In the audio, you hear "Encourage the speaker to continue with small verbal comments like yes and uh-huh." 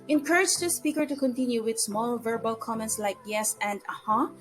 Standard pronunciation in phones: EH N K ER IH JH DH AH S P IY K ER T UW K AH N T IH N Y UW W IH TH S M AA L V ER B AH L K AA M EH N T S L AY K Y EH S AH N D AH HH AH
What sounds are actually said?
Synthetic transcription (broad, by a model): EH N K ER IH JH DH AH S P IY K ER T UW K AH N T IH N Y UW W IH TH S M AA L V ER B AH L K AA M EH N T S L AY K Y EH S AH N D AH HH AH